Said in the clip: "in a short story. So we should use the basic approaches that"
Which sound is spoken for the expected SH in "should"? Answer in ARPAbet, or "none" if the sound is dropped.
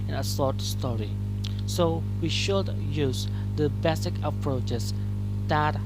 SH